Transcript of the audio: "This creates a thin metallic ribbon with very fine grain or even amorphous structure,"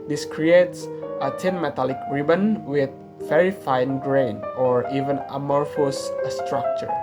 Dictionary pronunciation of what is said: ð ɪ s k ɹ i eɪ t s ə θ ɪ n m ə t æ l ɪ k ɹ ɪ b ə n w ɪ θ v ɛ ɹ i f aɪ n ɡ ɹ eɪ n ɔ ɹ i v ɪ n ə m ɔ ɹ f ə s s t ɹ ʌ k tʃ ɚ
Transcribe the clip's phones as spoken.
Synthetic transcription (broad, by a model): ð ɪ s k ɹ i eɪ t s ə t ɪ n m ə t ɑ l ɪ k ɹ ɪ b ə n w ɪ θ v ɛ ɹ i f aɪ n ɡ ɹ eɪ n ɔ ɹ i v ɪ n ə m ɔ ɹ f ə s s t ɹ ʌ k tʃ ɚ